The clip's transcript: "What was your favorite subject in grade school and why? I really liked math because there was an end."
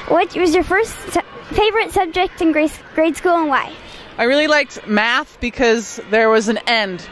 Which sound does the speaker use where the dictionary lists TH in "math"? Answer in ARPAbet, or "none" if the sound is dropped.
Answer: TH